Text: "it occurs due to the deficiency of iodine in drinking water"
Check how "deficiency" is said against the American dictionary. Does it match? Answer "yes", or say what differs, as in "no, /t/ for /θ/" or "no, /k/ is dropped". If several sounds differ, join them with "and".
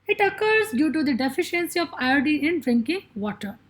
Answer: yes